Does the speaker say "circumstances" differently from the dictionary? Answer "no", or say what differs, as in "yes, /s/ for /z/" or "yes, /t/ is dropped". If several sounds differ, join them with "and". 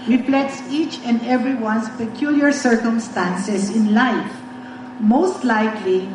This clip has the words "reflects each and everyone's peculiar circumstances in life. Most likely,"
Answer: yes, /s/ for /z/